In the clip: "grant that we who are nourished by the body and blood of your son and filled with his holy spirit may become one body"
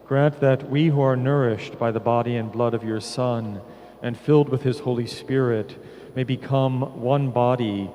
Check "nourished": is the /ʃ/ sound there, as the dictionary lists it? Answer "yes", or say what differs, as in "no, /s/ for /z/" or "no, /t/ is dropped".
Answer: yes